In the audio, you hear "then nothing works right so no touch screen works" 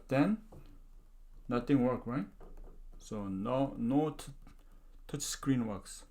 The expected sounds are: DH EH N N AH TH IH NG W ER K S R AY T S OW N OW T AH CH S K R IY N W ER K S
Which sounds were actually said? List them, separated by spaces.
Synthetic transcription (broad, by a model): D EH N N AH T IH NG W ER K R AY T S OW N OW T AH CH S K R IY N W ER K S